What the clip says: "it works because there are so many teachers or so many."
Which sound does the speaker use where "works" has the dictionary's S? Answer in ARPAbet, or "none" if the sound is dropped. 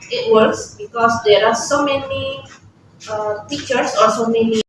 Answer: S